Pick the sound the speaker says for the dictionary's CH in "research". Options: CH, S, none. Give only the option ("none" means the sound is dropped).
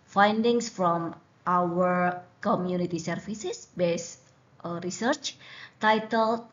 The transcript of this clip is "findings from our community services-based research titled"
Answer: CH